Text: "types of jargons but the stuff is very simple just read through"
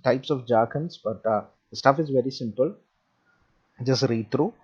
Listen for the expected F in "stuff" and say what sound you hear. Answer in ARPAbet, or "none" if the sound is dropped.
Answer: F